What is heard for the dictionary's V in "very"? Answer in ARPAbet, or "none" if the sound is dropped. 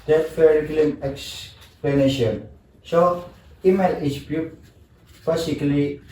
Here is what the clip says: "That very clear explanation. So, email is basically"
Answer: F